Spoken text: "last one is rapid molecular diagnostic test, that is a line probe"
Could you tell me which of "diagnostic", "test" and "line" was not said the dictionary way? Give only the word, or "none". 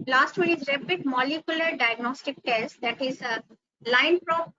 none